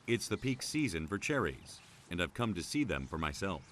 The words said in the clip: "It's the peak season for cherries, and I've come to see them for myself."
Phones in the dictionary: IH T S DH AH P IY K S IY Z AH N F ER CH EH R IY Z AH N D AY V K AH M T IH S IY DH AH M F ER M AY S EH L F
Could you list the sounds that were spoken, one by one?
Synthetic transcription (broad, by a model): IH T S DH AH P IY K S IY Z AH N F ER CH EH R IY Z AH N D AY V K AH M T IH S IY DH AH M F ER M AY S EH L F